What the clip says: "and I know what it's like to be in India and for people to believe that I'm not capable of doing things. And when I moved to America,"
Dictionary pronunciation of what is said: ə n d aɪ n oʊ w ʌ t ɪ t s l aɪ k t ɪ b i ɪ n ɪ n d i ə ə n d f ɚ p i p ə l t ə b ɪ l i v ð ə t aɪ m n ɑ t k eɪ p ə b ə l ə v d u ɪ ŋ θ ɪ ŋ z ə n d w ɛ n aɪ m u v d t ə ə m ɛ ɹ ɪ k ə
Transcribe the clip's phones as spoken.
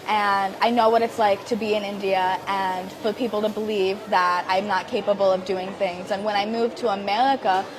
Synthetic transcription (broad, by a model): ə n aɪ n oʊ w ʌ t ɪ t s l aɪ k t ɪ b i ɪ n ɪ n d i ə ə n f ɚ p i p l t ə b ɪ l i v ð ə t aɪ m n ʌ t k eɪ p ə b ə l ə v d u ɪ ŋ θ ɪ ŋ z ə n w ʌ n aɪ m u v t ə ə m ɛ ɹ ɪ k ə